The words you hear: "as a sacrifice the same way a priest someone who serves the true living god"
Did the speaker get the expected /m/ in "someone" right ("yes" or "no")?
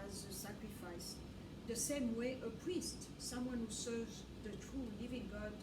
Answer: yes